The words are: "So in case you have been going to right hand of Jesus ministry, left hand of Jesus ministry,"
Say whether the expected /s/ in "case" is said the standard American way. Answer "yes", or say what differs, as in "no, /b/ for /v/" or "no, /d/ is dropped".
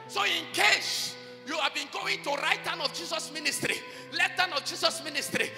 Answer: no, /ʃ/ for /s/